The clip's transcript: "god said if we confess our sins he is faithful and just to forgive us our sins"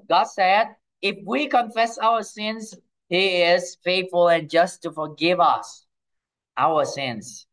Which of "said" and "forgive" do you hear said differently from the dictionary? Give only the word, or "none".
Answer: none